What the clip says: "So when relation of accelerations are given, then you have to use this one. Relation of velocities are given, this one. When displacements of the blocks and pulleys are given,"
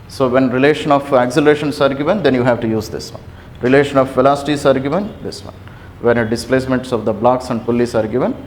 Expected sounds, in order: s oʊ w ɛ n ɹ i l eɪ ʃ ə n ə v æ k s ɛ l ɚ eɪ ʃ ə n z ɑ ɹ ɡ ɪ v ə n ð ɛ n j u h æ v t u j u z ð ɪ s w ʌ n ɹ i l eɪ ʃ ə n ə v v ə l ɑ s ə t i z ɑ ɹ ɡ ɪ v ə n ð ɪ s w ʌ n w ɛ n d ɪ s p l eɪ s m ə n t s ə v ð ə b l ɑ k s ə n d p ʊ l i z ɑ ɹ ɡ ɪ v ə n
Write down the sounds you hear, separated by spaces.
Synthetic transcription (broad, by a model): s oʊ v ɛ n ɹ i l eɪ ʃ ə n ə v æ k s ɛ l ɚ eɪ ʃ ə n s ɑ ɹ ɡ ɪ v ə n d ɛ n j u h æ v t u j u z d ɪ s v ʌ n ɹ i l eɪ ʃ ə n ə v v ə l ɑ s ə t i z ɑ ɹ ɡ ɪ v ə n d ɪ s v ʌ n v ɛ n d ɪ s p l eɪ s m ə n t s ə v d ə b l ɑ k s ə n d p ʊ l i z ɑ ɹ ɡ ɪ v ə n